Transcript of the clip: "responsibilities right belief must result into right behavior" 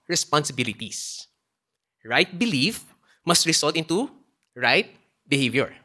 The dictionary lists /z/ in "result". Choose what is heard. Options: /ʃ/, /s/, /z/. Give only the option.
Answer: /s/